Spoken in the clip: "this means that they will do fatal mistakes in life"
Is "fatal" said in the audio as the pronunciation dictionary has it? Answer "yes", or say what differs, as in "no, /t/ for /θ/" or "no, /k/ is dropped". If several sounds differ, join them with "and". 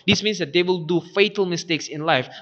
yes